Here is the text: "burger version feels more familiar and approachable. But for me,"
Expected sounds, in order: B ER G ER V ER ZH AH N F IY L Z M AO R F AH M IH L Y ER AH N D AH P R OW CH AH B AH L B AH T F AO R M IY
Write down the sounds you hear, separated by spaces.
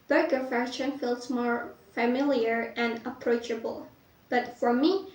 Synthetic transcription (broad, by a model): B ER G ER F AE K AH N F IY L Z M AO R F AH M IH L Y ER AH N D AH P R OW CH AH B AH L B AH T F AO R M IY